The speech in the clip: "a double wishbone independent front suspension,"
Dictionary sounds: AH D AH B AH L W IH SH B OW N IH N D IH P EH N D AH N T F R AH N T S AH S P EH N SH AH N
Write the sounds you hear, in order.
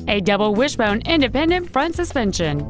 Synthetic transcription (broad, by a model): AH D AH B L W IH SH B OW N IH N D IH P EH N D AH N T F R AH N T S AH S P EH N SH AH N